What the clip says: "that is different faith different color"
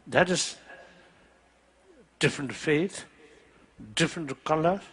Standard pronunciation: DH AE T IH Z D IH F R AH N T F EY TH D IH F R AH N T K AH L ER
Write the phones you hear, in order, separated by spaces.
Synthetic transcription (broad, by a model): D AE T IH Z D IH F R AH N T F EY T D IH F R AH N T K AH L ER